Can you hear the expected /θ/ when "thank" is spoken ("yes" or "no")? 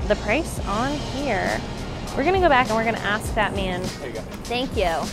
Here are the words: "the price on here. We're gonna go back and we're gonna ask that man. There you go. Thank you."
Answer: yes